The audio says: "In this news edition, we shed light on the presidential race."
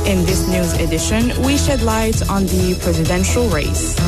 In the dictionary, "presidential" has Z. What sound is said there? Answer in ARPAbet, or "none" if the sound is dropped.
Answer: Z